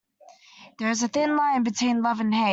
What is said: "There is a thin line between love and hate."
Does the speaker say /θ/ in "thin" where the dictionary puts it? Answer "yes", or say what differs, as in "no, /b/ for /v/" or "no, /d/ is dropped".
yes